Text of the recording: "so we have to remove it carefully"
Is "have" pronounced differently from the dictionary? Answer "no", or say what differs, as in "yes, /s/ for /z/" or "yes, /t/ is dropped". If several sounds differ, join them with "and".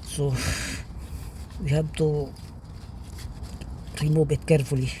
yes, /b/ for /v/